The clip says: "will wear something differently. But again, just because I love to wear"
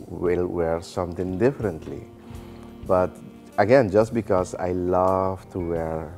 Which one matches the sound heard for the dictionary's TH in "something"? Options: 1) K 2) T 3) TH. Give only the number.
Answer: 2